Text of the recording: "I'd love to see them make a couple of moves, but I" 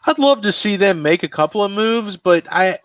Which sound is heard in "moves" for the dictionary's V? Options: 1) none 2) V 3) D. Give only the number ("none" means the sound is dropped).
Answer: 2